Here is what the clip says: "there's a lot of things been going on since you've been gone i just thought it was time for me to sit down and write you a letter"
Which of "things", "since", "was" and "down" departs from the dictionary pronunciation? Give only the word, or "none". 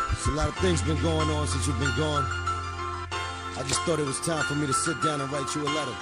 none